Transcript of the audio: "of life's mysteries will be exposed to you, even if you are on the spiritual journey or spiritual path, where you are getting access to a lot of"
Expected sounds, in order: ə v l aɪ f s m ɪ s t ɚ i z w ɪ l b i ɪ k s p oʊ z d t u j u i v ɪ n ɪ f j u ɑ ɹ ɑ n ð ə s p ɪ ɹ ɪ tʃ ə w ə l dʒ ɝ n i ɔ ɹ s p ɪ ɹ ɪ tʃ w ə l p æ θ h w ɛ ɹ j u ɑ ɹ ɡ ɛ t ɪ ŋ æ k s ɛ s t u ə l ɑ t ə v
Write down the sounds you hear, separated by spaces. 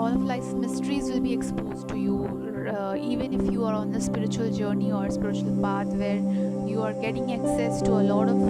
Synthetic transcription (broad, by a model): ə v l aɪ s m ɪ s t ɚ i z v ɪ l b i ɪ k s p oʊ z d t u j u i v ɪ n ɪ f j u ɑ ɹ ɑ n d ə s p ɪ ɹ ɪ tʃ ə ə l dʒ ɝ n i ɔ ɹ s p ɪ ɹ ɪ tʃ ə l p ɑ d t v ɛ ɹ j u ɑ ɹ ɡ ɛ t ɪ ŋ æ k s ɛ s t u ə l ɑ t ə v